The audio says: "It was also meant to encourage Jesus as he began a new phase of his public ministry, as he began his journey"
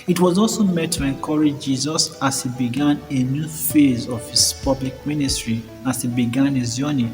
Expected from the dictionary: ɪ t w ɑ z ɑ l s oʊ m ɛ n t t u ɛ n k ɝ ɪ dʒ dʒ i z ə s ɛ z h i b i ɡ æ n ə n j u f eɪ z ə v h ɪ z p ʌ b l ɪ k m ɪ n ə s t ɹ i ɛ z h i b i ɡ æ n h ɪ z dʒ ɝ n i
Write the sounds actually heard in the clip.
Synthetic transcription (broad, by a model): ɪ t w ɑ z ɑ l s oʊ m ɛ t t u ɛ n k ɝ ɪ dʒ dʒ i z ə s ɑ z h i b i ɡ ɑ n ə n j u f eɪ z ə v h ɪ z p ʌ b l ɪ k m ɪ n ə s t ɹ i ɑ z h i b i ɡ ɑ n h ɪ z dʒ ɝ n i